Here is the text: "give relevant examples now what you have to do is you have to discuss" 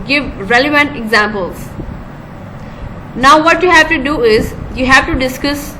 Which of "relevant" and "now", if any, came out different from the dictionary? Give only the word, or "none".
none